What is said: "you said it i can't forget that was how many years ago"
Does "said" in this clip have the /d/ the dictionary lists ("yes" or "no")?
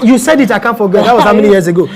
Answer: yes